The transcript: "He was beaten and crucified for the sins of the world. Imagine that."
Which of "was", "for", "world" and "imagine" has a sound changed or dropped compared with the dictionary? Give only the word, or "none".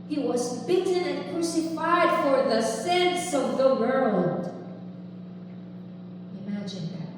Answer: none